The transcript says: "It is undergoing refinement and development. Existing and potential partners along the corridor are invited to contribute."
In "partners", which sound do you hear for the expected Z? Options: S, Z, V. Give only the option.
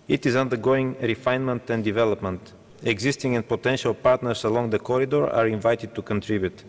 S